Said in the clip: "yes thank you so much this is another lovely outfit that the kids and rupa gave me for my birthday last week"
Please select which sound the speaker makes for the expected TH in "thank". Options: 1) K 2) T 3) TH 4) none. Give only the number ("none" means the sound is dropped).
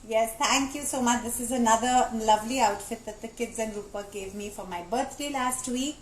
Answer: 2